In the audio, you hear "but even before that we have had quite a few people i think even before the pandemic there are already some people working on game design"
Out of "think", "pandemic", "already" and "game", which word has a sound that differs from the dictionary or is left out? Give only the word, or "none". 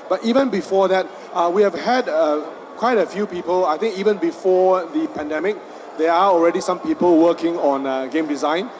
think